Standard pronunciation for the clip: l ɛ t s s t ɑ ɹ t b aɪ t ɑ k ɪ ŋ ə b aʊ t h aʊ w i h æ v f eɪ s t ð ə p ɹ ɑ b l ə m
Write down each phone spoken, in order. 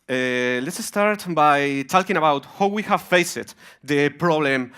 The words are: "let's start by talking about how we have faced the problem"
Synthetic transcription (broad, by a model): l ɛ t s s t ɑ ɹ t b aɪ t ɑ k ɪ ŋ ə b aʊ t h aʊ w i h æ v f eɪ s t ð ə p ɹ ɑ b l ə m